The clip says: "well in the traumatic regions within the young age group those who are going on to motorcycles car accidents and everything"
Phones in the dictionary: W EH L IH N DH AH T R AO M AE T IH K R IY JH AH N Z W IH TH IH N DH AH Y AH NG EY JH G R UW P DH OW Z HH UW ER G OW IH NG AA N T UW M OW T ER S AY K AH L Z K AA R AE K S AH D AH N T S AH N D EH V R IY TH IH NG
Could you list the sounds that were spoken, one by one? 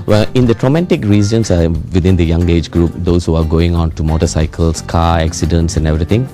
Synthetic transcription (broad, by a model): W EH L IH N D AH T R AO M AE T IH K R IY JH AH N S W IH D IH N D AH Y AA NG EY JH G R UW P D OW S HH UW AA G OW IH NG AA N T UW M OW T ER S AY K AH L S K AA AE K S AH D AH N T S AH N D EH V R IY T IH NG